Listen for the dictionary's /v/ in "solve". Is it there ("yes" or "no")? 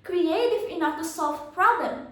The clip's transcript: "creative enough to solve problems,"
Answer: no